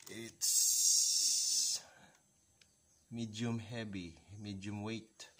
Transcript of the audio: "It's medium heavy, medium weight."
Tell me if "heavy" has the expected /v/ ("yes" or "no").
no